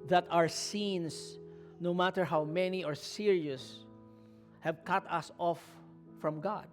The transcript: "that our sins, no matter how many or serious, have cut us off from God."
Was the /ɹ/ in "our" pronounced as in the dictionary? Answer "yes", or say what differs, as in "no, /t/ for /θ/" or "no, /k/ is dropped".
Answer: yes